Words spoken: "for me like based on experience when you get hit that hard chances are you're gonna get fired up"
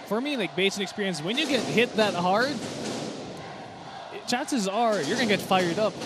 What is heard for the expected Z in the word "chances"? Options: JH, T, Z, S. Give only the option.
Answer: Z